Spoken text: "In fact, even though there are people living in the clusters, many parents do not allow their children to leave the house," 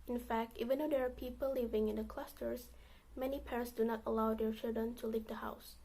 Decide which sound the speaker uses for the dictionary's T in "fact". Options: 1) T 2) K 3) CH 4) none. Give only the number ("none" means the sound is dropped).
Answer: 1